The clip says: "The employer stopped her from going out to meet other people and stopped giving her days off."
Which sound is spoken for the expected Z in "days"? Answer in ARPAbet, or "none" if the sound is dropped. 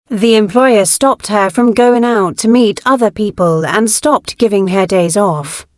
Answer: Z